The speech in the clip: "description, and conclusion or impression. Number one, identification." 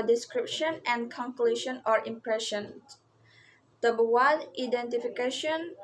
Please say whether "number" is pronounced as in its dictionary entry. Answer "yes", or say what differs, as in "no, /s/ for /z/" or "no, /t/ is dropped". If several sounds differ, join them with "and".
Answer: no, /m/ is dropped